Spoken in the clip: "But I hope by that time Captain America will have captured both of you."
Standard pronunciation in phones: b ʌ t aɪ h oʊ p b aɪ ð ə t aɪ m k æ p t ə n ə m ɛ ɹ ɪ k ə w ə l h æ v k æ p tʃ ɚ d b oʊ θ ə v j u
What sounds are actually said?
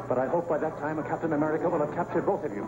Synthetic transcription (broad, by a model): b ʌ t aɪ h oʊ p b aɪ ð ə t aɪ m k æ p t ə n ə m ɛ ɹ ɪ k ə w ə l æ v k æ p tʃ ɚ d b oʊ θ ə v j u